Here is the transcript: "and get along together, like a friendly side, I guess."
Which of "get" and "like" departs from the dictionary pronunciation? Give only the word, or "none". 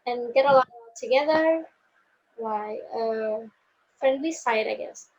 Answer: like